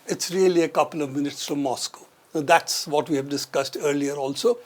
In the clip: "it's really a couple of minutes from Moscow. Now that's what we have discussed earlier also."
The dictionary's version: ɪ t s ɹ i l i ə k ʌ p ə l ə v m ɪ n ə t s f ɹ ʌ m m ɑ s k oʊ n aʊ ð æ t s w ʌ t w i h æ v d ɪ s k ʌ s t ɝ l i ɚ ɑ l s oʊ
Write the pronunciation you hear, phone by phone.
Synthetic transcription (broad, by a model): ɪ t s ɹ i l i ə k ʌ p ə l ə v m ɪ n ə t s f ɹ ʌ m m ɑ s k oʊ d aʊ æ t s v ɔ t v i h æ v d ɪ s k ʌ s t ɝ l i ɚ ɑ l s oʊ